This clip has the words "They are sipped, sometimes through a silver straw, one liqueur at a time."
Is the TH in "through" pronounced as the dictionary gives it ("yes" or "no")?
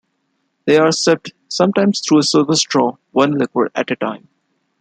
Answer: no